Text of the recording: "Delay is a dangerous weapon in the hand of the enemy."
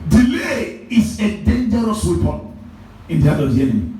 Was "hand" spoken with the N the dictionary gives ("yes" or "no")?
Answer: no